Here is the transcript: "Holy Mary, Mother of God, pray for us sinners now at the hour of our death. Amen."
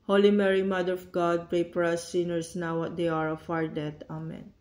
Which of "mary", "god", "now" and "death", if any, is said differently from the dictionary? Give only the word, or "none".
death